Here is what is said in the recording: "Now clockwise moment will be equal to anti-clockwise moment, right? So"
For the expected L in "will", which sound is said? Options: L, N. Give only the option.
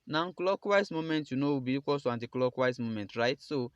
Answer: N